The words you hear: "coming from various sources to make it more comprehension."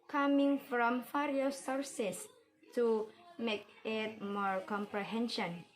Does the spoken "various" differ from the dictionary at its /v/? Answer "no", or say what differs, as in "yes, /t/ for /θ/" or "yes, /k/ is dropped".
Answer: yes, /f/ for /v/